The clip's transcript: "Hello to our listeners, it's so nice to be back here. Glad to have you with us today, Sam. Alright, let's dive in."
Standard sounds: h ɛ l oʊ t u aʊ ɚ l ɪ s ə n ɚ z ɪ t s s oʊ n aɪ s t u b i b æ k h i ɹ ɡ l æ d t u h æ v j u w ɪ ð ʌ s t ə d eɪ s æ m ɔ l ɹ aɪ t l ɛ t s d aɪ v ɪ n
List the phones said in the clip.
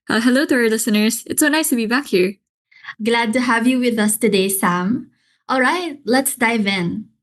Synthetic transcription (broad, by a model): h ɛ l oʊ t u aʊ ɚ l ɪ s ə n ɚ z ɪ t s s oʊ n aɪ s t u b i b æ k h i ɹ ɡ l æ d t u h æ v j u w ɪ ð ʌ s t ə d eɪ s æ m ɔ l ɹ aɪ t l ɛ t s d aɪ v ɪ n